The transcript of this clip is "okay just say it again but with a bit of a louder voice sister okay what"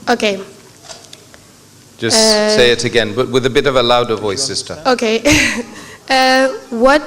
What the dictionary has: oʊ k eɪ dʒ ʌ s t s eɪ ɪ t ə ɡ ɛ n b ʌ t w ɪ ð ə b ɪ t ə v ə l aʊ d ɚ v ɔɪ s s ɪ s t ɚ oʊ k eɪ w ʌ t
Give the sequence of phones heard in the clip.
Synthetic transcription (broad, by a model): oʊ k eɪ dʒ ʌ s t s eɪ ɪ t ə ɡ ɛ n b ʌ t w ɪ ð ə b ɪ t ə v ə l aʊ d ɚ v ɔɪ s s ɪ s t ɚ oʊ k eɪ w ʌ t